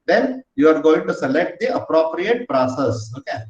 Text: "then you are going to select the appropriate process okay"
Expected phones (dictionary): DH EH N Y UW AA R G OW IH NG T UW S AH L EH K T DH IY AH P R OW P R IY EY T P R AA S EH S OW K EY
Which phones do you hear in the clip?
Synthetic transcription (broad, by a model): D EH N Y UW AA R G OW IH NG T UW S AH L EH K T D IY AH P R OW P R IY EY T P R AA S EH S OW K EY